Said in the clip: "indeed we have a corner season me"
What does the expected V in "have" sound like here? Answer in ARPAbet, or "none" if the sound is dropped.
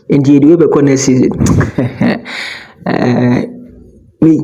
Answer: B